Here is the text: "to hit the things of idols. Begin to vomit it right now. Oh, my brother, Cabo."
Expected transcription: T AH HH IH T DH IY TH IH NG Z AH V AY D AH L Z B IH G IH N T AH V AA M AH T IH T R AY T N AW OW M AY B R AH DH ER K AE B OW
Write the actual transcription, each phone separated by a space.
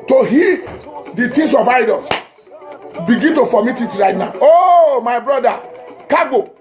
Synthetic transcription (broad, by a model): T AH HH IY T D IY T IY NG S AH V AY D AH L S B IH G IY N T AH F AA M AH T IH T R AY T N AW OW M AY B R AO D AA K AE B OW